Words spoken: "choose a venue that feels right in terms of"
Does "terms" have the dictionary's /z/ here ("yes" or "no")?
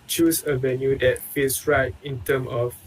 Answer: no